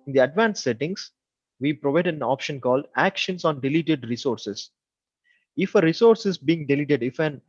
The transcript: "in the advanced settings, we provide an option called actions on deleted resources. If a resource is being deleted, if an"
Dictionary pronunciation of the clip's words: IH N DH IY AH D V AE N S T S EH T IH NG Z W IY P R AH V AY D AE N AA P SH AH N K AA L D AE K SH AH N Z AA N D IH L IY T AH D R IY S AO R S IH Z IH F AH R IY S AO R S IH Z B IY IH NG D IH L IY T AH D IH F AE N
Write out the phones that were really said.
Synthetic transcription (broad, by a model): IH N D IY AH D V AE N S S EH T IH NG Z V IY P R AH V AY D AE N AA P SH AH N K AA L D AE K SH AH N S AA N D IH L IY T AH D R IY S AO R S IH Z IH F AH R IY S AO R S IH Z B IY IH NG D IH L IY T AH D IH F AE N